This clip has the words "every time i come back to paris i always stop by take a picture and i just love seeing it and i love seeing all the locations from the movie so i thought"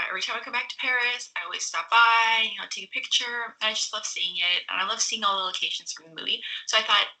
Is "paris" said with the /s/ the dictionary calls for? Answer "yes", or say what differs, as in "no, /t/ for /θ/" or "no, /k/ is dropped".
yes